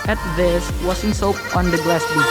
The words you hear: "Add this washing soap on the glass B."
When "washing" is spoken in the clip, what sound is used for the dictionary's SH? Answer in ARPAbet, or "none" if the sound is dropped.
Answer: S